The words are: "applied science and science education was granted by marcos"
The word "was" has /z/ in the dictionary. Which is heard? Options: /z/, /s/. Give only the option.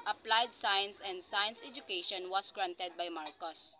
/s/